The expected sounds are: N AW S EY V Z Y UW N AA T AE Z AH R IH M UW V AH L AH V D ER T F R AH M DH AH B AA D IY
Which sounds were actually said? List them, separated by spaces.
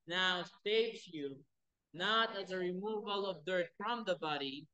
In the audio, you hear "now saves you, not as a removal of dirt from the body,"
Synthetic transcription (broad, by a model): N AW S EY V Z Y UW N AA T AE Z AH R IH M UW V AH L AH V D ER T F R AH M DH AH B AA D IY